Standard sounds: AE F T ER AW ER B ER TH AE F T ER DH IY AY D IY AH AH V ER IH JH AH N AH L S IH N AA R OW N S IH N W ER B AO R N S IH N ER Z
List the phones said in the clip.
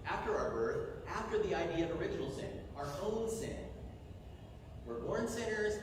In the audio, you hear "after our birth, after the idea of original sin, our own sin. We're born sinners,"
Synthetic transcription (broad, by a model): AE F T ER AW ER B ER TH AE F T ER DH IY AY D IY AH AH V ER IH JH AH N L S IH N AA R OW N S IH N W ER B AO R N S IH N ER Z